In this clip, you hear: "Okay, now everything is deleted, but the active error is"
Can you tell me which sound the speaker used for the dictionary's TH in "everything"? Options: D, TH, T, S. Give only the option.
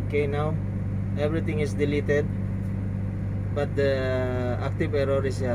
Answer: T